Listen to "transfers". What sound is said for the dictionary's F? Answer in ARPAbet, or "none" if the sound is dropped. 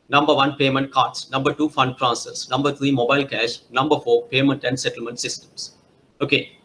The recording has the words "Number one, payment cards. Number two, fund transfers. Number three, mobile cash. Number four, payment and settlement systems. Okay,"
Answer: none